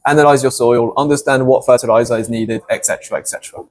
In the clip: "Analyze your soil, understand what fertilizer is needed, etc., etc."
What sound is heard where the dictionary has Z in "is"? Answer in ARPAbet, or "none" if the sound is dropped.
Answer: Z